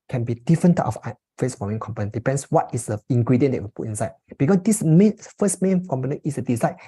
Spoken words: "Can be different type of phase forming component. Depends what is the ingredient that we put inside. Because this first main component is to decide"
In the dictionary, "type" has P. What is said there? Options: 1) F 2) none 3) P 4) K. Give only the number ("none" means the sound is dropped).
1